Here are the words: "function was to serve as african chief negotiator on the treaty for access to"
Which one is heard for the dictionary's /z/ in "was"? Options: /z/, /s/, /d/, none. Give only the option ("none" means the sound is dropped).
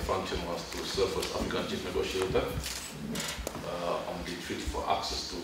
/s/